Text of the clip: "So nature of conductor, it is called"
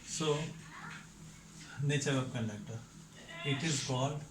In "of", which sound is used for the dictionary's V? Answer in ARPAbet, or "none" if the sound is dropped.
P